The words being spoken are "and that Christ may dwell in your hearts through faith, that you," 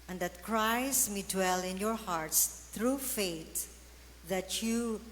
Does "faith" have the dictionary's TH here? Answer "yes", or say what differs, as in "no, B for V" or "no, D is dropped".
no, T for TH